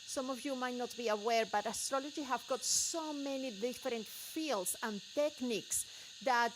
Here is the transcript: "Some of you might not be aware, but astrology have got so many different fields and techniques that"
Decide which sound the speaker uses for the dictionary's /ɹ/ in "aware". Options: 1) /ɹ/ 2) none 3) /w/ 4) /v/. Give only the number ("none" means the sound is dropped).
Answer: 1